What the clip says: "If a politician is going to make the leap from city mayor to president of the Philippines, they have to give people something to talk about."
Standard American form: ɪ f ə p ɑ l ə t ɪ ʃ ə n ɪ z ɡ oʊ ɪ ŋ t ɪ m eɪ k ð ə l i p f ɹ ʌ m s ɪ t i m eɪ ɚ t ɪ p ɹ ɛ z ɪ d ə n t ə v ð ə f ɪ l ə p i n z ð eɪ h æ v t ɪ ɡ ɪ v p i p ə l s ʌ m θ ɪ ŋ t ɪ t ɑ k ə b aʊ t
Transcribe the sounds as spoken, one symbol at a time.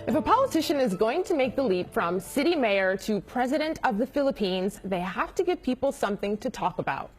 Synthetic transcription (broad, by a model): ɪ f ə p ɑ l ə t ɪ ʃ ə n ɪ z ɡ oʊ ɪ ŋ t ɪ m eɪ k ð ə l i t f ɹ ʌ m s ɪ t i m eɪ ɚ t ɪ p ɹ ɛ z ɪ d ə n t ə v ð ə f ɪ l ə p i n z ð eɪ h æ f t ɪ ɡ ɪ v p i p l s ʌ m θ ɪ ŋ t ɪ t ɑ k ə b aʊ t